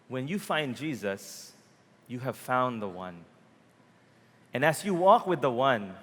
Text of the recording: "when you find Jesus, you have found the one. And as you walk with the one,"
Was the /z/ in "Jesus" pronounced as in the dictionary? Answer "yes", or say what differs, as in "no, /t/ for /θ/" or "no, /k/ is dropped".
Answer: yes